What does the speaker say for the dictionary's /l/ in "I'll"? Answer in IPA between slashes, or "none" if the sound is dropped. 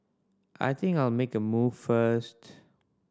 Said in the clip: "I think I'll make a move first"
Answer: /l/